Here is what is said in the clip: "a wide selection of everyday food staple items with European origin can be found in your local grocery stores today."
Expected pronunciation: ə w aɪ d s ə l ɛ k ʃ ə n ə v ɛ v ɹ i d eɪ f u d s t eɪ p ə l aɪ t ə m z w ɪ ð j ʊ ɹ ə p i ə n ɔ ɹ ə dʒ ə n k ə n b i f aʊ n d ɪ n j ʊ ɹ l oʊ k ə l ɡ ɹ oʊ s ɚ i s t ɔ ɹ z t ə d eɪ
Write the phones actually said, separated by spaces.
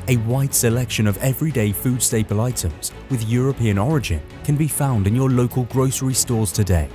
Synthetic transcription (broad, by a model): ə w aɪ d s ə l ɛ k ʃ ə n ə v ɛ v ɹ i d eɪ f u d s t eɪ p ə l aɪ t ə m z w ɪ ð j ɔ ɹ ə p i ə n ɔ ɹ ə dʒ ə n k ə n b i f aʊ n d ɪ n j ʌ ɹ l oʊ k ə l ɡ ɹ oʊ s ɚ i s t ɔ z t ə d eɪ